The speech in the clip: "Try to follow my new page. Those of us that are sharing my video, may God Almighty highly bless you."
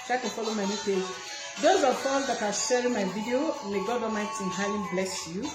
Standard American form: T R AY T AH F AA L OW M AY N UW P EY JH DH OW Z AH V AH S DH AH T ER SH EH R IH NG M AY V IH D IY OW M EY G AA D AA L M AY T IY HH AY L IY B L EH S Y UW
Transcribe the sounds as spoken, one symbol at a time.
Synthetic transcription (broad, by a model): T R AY T AH F AA L OW M AY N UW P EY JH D OW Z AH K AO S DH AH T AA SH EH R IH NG M AY V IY D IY OW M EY G AA D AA M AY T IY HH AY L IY B L EH S Y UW